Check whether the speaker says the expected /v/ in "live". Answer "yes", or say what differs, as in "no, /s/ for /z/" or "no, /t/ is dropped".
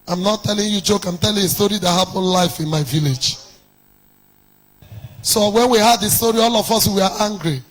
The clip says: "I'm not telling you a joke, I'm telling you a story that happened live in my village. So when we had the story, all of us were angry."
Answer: no, /f/ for /v/